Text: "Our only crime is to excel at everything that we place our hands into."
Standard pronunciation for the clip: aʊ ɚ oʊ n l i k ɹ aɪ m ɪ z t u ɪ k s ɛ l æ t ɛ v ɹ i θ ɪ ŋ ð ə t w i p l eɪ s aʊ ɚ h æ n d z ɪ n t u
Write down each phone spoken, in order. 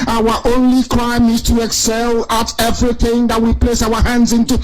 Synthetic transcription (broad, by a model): aʊ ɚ oʊ n l i k ɹ aɪ m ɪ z t u ɪ k s ɛ l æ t ɛ v ɹ i θ ɪ ŋ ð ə t w i p l eɪ s aʊ ɚ h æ n d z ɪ n t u